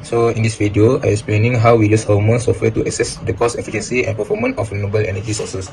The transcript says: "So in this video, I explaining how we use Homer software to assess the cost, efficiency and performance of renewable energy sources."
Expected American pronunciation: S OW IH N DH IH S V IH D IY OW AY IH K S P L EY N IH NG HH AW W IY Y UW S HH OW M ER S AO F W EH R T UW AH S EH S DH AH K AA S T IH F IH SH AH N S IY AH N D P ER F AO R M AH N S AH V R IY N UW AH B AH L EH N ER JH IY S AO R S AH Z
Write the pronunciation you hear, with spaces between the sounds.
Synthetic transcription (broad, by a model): S OW IH N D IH S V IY D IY OW AY IH K S P L EY N IH NG HH AW W IY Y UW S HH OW M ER S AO F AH T UW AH S EH S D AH K AA S IH F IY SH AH N S IY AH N P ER F AO M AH N AH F N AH B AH L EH N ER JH IY S AO S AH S